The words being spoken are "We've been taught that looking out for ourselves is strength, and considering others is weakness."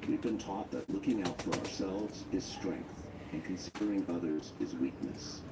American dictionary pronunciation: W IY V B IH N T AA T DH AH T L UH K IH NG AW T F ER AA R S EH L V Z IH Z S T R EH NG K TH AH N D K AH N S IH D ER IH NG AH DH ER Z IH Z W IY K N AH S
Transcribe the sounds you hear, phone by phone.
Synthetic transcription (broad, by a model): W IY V B IH N T AA T DH AH T L UH K IH NG AW T F ER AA R S EH L V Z IH Z S T R EH NG K TH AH N K AH N S IH D ER IH NG AH DH ER Z IH Z W IY K N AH S